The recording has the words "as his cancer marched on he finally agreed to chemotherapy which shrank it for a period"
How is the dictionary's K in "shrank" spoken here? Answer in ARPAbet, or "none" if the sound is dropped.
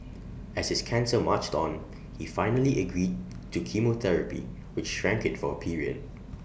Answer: K